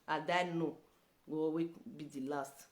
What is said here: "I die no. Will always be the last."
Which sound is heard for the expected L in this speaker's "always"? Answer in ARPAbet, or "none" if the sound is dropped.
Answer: none